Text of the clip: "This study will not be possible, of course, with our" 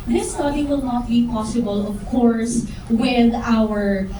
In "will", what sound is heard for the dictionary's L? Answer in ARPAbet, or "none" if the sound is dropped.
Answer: L